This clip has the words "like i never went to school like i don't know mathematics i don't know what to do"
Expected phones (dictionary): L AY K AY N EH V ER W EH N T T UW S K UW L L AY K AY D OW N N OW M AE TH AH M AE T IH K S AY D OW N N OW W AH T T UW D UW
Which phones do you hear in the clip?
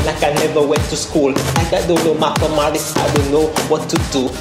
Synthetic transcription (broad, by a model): L AY K AY N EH V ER W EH N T T UW S K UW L L AY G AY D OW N N OW M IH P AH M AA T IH S AY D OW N N OW W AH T T UW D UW